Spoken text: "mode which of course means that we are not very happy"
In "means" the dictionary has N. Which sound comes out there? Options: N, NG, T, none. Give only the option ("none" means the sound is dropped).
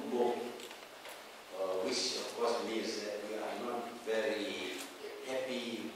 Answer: none